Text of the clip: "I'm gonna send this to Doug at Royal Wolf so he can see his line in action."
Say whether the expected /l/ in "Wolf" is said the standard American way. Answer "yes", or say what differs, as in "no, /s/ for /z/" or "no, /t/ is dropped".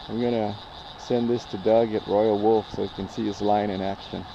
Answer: yes